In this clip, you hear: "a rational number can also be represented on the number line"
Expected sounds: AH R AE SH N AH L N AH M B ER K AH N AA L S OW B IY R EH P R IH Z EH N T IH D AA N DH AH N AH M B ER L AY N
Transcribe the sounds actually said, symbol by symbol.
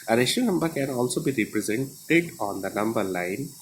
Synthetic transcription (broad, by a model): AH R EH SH AH N AH M B ER K AH N AA L S OW B IY R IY P R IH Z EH N T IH D AA N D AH N AH M B ER L AY N